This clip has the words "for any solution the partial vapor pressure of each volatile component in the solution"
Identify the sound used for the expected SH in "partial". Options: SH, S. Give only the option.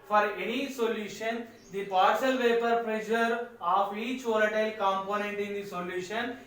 S